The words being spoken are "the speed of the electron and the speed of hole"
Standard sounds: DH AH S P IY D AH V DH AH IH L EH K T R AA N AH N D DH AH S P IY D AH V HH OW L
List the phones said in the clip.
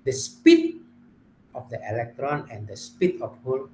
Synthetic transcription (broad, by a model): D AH S P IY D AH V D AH IH L EH K T R AA N AH N D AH S P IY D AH F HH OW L